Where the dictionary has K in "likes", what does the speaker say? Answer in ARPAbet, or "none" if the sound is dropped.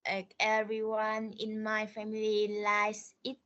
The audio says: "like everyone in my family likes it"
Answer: none